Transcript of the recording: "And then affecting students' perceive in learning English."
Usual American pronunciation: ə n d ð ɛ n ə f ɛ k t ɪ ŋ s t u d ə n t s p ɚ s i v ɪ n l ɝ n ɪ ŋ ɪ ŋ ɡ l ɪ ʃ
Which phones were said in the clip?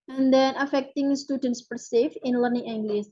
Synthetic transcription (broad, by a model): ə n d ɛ n ə f ɛ k t ɪ ŋ s t u d ə n t s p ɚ s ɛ f ɪ n l ɝ n ɪ ŋ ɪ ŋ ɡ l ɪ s